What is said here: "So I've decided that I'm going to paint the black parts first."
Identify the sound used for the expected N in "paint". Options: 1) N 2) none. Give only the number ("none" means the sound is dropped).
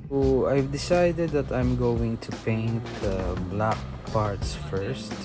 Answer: 1